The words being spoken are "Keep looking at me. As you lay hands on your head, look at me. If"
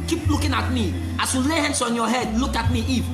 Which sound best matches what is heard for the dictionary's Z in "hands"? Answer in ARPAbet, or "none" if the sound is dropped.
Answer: S